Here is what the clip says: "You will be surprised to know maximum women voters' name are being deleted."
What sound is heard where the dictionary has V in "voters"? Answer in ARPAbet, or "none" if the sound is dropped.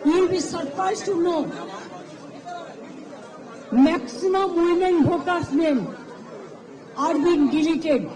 B